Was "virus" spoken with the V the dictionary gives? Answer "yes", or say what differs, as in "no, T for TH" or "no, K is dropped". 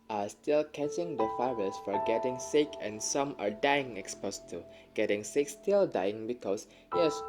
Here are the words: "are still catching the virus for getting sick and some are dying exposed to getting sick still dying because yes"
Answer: no, F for V